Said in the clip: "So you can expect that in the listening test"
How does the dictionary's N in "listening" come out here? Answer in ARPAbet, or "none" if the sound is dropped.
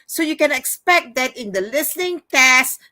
N